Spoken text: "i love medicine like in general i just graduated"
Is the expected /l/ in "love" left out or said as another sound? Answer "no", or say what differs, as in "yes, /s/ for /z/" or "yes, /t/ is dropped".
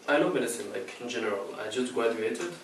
yes, /n/ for /l/